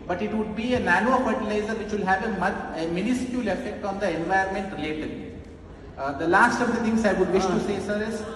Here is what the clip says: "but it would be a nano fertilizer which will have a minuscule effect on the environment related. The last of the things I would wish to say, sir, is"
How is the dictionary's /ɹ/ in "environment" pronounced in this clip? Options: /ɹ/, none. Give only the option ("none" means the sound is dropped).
none